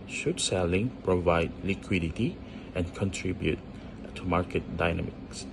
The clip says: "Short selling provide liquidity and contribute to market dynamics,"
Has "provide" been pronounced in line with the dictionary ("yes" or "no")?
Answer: yes